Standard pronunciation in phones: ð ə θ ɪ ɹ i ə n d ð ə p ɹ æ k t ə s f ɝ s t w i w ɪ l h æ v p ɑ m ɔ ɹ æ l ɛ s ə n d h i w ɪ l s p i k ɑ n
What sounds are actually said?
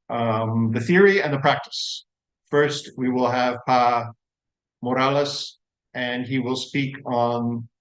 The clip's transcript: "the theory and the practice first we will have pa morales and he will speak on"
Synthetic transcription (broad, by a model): ð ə θ ɪ ɹ i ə n ð ə p ɹ æ k t ə s f ɝ s t w i w ɪ l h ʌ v p ɑ m ɔ ɹ æ l ɛ s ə n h i w ɪ l s p i k n